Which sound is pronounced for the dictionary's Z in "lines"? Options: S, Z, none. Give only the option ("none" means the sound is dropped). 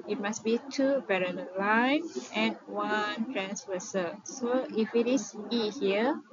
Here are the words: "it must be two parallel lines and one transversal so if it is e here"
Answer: none